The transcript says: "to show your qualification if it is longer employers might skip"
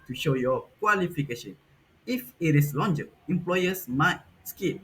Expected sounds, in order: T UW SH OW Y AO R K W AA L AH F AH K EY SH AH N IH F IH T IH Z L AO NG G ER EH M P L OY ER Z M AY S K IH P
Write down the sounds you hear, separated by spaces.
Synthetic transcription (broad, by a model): T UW SH OW Y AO K W AA L AH F AH K EY SH AH N IH F IH T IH S L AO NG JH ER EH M P L OY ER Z M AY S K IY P